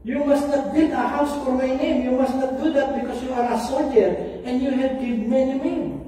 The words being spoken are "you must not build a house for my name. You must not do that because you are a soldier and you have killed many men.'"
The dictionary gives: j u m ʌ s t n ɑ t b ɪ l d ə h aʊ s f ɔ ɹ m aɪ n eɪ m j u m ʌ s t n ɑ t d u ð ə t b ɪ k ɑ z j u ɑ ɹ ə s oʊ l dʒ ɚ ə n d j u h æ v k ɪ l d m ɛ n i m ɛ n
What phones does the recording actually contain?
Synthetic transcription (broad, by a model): j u m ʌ s t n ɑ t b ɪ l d ə h aʊ s f ɔ ɹ m aɪ n eɪ m j u m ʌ s t n ɑ t d u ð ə t b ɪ k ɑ s j u ɑ ɹ ə s oʊ l dʒ ɚ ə n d j u h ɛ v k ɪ d m ɛ n i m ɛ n